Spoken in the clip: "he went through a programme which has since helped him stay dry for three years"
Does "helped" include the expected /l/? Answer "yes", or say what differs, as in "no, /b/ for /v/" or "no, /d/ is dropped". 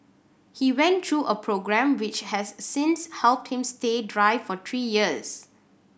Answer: yes